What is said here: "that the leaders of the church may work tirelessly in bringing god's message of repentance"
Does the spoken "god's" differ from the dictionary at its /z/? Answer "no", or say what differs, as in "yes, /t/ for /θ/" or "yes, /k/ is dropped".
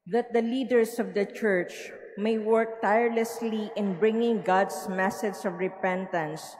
yes, /s/ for /z/